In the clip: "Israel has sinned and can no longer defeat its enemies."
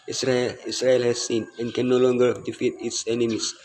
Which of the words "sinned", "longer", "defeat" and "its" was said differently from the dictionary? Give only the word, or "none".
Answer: sinned